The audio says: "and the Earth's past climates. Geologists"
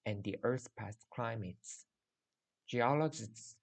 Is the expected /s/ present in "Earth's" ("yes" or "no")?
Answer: no